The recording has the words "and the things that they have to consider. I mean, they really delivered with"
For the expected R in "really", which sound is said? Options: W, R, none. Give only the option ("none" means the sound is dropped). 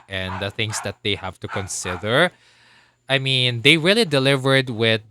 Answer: R